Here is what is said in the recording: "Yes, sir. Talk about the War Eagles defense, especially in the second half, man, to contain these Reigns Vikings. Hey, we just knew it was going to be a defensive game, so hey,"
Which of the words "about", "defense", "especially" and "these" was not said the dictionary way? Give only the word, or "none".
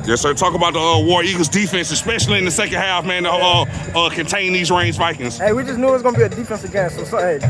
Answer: none